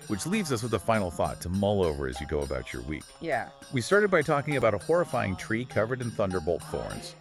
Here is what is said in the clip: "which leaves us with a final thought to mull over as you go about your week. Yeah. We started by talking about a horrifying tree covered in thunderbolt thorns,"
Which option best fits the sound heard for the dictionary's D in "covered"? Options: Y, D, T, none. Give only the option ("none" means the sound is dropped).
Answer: D